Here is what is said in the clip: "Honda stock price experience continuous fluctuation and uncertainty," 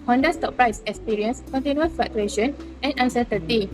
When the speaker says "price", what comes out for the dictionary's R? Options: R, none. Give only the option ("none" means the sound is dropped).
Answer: R